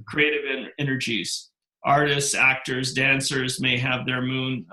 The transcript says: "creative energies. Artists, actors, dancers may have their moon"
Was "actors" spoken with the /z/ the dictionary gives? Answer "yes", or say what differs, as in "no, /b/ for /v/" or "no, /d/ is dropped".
yes